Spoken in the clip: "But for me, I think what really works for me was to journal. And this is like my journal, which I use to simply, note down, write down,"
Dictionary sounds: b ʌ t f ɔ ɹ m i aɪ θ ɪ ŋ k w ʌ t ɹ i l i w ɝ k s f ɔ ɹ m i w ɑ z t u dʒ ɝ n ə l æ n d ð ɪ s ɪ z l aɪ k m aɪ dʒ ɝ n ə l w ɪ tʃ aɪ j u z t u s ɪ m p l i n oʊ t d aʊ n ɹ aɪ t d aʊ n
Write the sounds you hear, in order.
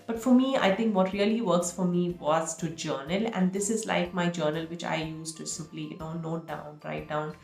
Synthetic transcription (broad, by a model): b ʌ t f ɔ ɹ m i aɪ t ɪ ŋ k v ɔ t ɹ i l i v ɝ k s f ɔ ɹ m i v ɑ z t u dʒ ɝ n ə l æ n d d ɪ s ɪ z l aɪ k m aɪ dʒ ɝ n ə l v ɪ tʃ aɪ j u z t u s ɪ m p l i n oʊ t d aʊ n ɹ aɪ t d aʊ n